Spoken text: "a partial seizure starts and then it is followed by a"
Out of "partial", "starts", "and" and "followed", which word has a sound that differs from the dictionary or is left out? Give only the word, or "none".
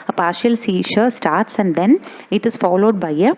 none